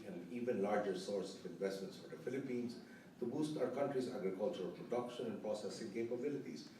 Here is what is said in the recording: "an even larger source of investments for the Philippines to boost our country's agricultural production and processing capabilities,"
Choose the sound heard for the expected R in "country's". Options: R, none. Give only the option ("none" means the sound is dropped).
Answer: R